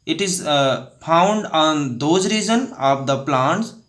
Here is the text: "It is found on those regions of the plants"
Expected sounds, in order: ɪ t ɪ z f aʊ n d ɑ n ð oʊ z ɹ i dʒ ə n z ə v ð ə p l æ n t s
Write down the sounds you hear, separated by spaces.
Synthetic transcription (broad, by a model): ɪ t ɪ z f aʊ n d ɑ n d oʊ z ɹ i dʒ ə n ə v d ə p l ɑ n t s